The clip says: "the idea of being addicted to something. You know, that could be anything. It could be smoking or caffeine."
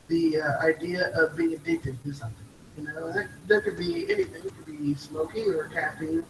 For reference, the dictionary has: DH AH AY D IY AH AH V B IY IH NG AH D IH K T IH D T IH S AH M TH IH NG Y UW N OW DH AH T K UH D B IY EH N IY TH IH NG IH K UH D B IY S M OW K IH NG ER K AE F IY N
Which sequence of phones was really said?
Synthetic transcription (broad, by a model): DH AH AY D IY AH AH V B IY IH NG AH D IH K T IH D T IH S AH M TH IH NG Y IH N OW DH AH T K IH D B IY EH N IY TH IH NG IH K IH D B IY S M OW K IH NG ER K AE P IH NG